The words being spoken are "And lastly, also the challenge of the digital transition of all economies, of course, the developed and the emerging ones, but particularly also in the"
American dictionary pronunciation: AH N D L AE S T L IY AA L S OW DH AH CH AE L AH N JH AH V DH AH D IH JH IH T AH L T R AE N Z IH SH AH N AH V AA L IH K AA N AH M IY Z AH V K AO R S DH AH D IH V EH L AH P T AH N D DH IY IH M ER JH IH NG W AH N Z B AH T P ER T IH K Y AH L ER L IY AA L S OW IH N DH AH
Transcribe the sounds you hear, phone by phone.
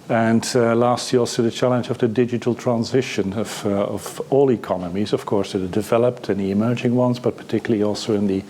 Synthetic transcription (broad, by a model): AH N L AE S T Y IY AA L S OW DH AH CH AE L AH N JH AH V DH AH D IH JH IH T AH L T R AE N Z IH SH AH N AH V AA L IH K AA N AH M IY Z AH V K AO R S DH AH D IH V EH L AH P T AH N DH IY IH M ER JH IH NG W AH N Z B AH T P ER T IH K Y L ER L IY AA L S OW IH N DH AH